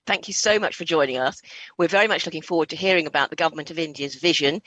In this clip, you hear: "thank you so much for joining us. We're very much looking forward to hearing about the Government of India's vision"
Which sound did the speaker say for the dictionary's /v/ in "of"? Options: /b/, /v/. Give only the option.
/v/